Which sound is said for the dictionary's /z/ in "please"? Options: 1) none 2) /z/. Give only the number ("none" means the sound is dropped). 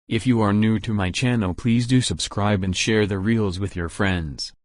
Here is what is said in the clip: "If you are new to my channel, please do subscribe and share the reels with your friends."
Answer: 2